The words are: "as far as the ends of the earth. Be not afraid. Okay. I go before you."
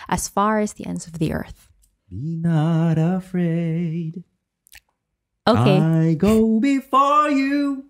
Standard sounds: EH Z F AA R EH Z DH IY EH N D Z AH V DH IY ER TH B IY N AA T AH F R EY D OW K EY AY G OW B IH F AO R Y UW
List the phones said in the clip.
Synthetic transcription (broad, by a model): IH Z F AA R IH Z DH IY EH N D Z AH V DH IY ER TH B IY N AA T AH F R EY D OW K EY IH G OW B IH F AO R Y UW